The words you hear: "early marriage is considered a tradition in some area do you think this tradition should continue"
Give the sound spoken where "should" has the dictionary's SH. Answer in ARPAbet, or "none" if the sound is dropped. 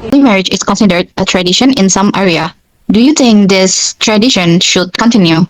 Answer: SH